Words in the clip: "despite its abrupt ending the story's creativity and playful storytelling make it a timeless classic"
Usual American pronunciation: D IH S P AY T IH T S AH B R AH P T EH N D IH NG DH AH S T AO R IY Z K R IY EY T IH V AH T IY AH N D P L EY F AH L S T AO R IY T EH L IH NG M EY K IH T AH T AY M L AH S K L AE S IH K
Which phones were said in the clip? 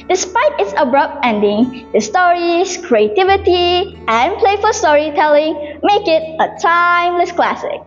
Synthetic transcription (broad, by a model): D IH S P AY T IH T S AH B R AH P T EH N D IH NG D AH S T AO R IY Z K R IY EY T IH V AH T IY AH N P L EY F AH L S T AO R IY T EH L IH NG M EY K IH T AH T AY M L AH S K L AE S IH K